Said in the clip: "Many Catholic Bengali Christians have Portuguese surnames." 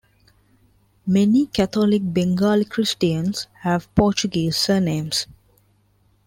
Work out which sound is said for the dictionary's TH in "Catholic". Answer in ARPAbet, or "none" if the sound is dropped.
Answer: T